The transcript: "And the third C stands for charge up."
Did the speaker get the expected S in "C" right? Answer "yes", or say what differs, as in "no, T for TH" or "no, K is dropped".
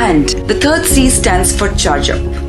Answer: yes